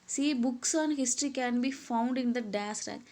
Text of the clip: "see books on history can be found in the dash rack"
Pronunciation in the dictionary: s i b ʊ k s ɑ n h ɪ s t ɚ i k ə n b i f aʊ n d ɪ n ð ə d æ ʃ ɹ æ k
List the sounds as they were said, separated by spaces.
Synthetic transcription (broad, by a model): s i b ʊ k s ɑ n h ɪ s t ɚ i k ə n b i f aʊ n d ɪ n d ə d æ s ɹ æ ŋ